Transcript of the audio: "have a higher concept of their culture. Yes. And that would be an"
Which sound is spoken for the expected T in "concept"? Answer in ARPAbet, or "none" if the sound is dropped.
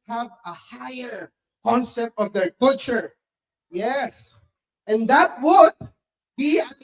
T